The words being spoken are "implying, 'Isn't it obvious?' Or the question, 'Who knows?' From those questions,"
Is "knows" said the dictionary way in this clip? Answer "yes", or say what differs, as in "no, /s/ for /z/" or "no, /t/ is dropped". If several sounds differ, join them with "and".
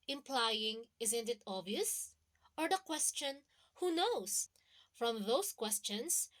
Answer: no, /s/ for /z/